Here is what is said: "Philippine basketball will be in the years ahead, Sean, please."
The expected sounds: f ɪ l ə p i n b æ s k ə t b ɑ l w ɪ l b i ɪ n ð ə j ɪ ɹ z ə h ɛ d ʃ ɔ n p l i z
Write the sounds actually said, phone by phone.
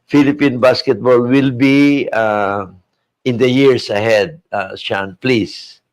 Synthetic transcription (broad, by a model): f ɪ l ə p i n b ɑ s k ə t b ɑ l w ɪ l b i ɪ n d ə j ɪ ɹ s ə h ɛ d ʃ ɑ n p l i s